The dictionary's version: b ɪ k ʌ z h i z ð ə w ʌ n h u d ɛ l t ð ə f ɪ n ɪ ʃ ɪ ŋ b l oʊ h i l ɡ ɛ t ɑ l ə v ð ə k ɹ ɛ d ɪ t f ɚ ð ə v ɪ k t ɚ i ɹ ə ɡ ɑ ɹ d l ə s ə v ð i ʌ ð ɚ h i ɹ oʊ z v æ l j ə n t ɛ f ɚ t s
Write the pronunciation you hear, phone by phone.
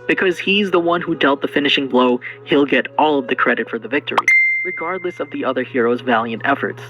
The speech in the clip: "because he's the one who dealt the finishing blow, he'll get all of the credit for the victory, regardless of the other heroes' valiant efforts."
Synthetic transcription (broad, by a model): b ɪ k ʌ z h i z ð ə w ʌ n h u d ɛ l t ð ə f ɪ n ɪ ʃ ɪ ŋ b l oʊ h i l ɡ ɛ t ɑ l ə v ð ə k ɹ ɛ d ɪ t f ɚ ð ə v ɪ k t ɚ i ɹ ə ɡ ɑ ɹ d l ə s ə v ð i ʌ ð ɚ h i ɹ oʊ z v æ l j ə n t ɛ f ɚ t s